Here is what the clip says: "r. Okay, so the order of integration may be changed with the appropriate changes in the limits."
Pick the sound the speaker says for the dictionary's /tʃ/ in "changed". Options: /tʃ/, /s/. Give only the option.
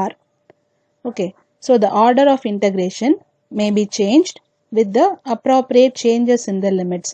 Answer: /tʃ/